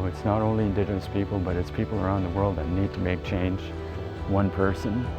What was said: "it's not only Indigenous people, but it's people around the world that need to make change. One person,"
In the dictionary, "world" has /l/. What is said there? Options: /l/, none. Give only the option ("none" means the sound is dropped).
/l/